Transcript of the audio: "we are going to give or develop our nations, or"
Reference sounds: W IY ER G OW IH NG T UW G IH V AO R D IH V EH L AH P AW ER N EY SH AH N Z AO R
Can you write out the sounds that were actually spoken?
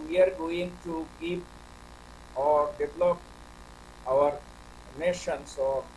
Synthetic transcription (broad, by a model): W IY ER G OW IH NG T UW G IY P AO R D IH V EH L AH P AW ER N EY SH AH N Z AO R